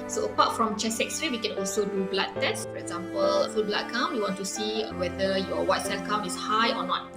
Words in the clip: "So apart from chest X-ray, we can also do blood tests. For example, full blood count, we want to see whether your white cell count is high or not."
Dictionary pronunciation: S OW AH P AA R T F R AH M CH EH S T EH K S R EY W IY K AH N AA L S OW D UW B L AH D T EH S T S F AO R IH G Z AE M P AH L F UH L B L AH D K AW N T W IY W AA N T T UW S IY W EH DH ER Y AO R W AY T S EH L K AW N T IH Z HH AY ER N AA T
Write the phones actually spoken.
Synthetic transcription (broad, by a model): S OW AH P AA T F R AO M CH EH S EH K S R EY W IY K AH N AA L S OW D UW B L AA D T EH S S F AO R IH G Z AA M P AH L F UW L B L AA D K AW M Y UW W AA N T T UW S IY W EH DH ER Y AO W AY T S EH L K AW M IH S HH AY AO N AA T